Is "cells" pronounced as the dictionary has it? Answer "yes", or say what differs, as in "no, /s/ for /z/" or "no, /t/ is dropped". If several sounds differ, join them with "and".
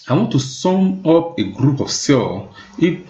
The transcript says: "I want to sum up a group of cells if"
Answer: no, /z/ is dropped